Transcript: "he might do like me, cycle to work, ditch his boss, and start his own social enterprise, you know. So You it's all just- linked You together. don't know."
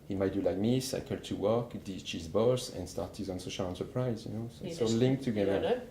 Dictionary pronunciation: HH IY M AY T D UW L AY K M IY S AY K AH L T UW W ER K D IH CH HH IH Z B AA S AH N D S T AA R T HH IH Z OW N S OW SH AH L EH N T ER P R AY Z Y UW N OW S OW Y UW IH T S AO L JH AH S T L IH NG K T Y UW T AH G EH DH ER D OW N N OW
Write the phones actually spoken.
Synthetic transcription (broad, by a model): HH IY M AY T D UW L AY K M IY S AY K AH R T UW W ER K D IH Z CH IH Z B AA S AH N S T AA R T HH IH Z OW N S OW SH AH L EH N S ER P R AY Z Y UW N OW S OW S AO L L IH NG K T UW G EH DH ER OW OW